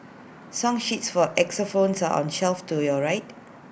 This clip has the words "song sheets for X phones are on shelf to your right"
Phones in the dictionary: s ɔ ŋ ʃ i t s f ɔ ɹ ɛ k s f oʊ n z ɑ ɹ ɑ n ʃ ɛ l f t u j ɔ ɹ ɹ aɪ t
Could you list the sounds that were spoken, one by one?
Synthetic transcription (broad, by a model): s ɔ ŋ ʃ i t s f ɔ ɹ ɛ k s f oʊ n s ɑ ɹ ɑ n ʃ ɛ l f t u j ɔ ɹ ɹ aɪ t